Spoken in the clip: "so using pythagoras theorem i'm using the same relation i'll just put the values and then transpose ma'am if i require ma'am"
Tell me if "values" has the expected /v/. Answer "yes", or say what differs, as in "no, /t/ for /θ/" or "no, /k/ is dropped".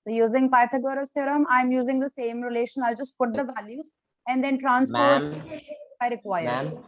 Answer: yes